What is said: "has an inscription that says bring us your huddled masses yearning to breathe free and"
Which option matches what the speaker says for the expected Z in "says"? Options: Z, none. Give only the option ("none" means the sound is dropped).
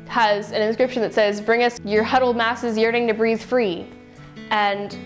Z